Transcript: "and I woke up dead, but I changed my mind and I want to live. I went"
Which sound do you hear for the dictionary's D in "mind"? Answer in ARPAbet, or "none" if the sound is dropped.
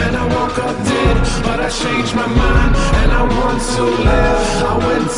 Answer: none